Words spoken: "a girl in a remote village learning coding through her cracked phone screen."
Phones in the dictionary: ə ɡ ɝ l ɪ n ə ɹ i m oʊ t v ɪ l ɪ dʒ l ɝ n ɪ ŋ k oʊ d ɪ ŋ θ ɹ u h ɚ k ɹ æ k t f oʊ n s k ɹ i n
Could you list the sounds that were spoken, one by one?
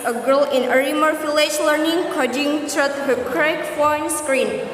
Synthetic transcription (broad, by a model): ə ɡ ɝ l ɪ n ə ɹ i m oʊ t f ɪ l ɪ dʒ l ɝ n ɪ ŋ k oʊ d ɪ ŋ t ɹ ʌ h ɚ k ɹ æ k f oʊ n s k ɹ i n